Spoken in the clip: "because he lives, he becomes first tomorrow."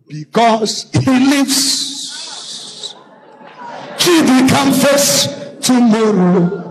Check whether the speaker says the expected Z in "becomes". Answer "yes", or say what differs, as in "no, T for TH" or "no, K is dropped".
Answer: no, Z is dropped